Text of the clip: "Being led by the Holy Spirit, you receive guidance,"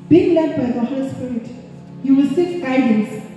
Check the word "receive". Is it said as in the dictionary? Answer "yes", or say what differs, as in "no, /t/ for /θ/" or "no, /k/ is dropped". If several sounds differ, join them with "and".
no, /w/ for /ɹ/